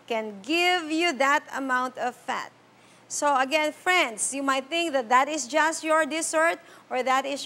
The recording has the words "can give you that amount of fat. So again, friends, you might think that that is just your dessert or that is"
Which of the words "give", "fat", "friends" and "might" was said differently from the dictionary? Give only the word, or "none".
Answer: friends